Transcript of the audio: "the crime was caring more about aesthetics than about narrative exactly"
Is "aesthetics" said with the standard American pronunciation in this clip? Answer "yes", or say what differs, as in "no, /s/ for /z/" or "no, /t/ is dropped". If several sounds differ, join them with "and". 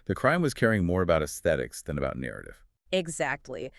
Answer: yes